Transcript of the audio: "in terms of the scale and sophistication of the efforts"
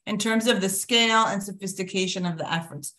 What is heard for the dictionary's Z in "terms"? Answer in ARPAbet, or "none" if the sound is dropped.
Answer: Z